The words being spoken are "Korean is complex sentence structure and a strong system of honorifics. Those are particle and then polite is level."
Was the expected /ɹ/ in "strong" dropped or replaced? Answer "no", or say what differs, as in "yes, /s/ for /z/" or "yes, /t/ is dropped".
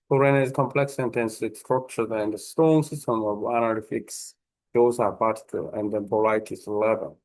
yes, /ɹ/ is dropped